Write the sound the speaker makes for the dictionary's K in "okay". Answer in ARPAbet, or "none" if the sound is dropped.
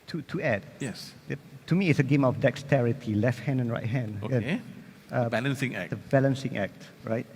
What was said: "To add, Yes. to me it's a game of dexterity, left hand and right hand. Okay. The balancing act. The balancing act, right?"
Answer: none